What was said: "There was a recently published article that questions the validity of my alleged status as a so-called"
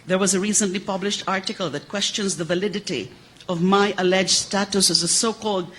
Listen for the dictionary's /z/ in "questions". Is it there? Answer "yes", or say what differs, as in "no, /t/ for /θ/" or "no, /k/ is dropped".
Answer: yes